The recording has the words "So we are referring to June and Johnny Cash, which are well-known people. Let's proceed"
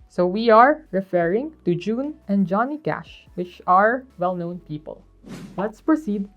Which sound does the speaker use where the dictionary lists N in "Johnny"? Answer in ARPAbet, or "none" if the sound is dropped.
N